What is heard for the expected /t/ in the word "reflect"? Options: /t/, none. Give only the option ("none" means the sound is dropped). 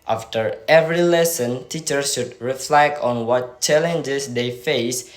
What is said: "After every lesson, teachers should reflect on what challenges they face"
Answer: none